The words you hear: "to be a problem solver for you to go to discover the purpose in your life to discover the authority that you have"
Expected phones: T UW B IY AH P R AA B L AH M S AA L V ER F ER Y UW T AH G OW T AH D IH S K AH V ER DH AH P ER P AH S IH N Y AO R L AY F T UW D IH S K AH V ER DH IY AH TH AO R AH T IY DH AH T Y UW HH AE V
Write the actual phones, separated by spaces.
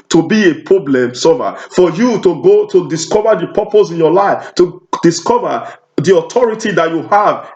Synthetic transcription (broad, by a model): T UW B IY AH P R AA B L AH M S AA V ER F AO Y UW T AH G OW T AH D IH S K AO V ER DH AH P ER P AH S IH N Y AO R L AY F T UW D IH S K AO V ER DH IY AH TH AO R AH T IY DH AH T Y UW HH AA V